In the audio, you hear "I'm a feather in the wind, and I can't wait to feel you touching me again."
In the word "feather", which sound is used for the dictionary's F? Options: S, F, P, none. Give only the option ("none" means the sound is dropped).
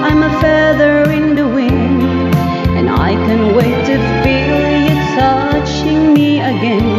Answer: F